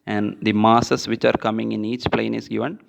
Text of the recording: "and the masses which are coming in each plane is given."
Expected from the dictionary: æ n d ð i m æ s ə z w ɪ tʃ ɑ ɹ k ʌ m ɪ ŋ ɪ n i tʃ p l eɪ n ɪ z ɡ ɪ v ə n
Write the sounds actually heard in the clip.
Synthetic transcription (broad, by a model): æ n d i m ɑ s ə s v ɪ tʃ ɑ ɹ k ʌ m ɪ ŋ ɪ n i tʃ p l eɪ n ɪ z ɡ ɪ v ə n